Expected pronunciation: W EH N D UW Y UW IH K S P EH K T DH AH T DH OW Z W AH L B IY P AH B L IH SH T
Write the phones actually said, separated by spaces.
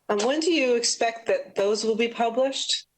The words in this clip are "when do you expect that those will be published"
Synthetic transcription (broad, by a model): W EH N D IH Y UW IH K S P EH K T DH AH T DH OW Z W AH L B IY P AH B L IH SH T